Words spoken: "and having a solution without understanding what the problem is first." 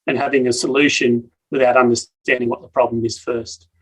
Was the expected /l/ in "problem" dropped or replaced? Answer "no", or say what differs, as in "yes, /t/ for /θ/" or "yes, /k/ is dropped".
no